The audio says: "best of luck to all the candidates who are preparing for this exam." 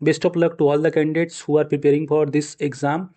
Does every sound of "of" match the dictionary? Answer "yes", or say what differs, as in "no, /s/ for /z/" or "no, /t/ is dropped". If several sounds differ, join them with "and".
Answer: no, /p/ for /v/